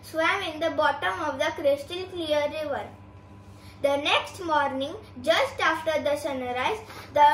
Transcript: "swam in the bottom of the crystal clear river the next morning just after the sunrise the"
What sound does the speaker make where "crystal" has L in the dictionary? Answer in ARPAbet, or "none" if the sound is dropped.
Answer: N